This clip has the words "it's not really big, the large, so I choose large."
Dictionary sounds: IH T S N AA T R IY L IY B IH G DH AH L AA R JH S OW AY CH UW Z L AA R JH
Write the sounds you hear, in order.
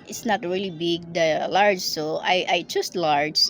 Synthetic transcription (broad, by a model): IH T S N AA T R IY L IY B IH G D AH L AA R JH S OW AY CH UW S L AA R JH